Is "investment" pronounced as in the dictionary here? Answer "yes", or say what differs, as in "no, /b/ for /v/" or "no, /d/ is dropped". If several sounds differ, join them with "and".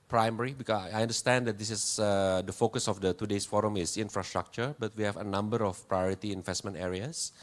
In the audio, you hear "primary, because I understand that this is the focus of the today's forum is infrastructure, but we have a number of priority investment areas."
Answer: yes